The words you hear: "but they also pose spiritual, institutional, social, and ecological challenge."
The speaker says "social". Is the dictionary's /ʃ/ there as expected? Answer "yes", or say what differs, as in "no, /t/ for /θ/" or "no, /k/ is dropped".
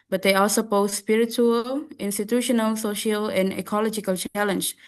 yes